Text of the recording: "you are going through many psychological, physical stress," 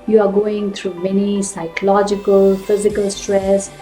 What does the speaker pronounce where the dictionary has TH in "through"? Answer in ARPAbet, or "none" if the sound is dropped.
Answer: T